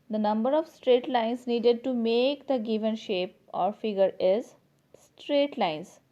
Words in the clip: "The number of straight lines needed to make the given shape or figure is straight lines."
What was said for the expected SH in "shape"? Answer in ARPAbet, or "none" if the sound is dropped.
SH